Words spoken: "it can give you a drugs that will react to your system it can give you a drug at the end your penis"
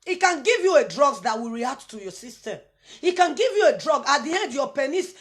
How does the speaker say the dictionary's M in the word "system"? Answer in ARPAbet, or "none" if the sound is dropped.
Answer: none